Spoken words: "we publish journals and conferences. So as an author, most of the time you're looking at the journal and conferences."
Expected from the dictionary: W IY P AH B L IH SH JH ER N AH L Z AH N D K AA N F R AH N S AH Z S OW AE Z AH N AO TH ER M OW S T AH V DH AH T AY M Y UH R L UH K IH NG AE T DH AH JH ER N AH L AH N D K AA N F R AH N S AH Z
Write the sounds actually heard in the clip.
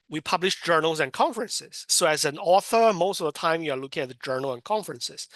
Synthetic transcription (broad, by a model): W IY P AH B L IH SH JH ER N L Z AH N K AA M F R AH N S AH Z S OW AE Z AH N AO TH ER M OW S T AH V DH AH T AY M Y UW R L UH K IH NG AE T DH AH JH ER N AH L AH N K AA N F R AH N S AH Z